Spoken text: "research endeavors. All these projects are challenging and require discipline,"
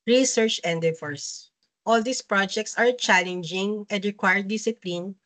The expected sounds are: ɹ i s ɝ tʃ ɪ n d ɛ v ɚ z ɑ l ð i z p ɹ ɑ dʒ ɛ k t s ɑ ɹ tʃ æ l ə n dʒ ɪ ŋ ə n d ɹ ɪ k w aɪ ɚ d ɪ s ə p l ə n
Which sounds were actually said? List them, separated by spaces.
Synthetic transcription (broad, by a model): ɹ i s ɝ tʃ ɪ n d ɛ f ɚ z ɑ l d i s p ɹ ɑ dʒ ɛ k t s ɑ ɹ tʃ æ l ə n dʒ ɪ ŋ ə n d ɹ ɪ k w aɪ ɚ d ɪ s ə p l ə n